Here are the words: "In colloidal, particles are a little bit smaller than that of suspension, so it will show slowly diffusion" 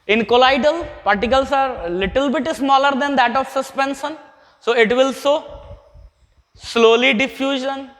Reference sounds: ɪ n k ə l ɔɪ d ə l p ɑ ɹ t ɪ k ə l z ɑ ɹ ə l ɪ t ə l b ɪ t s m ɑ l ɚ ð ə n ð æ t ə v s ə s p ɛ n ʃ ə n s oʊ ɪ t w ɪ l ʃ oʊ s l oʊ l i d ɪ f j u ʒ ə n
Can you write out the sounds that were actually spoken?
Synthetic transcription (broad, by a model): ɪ n k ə l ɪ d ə l p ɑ ɹ t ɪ k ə l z ɑ ɹ l ɪ t ə l b ɪ t s m ɑ l ɚ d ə n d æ t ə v s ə s p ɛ n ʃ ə n s oʊ ɪ t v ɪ l s oʊ s l oʊ l i d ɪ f j u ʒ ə n